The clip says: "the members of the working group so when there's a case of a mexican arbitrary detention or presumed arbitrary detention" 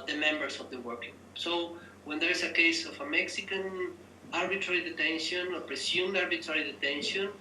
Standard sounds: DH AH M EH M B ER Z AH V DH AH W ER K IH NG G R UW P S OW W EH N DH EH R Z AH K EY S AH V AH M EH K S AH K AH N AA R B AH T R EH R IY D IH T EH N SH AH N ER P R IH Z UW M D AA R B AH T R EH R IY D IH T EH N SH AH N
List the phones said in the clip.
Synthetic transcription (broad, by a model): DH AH M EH M B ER S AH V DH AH W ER K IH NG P S OW W EH N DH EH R S AH K EY S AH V AH M EH K S AH K AH N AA R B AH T R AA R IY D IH T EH N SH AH N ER P R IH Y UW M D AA R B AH T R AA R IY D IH T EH N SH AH N